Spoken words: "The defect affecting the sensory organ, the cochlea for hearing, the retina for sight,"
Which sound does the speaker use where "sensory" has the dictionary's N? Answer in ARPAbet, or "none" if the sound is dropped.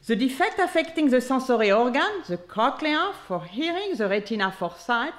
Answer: none